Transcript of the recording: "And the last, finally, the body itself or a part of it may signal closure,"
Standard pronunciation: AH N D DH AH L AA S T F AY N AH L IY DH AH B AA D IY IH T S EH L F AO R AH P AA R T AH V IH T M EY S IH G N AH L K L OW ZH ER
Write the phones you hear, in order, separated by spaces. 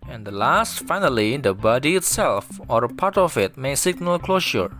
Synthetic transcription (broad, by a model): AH N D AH L AA S T F AY N AH L IY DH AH B AA D IY IH T S EH L F AO R AH P AA R T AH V IH T M EY S IH G N AH L K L OW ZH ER